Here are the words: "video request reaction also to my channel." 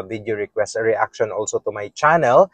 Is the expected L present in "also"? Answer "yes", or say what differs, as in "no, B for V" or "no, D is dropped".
yes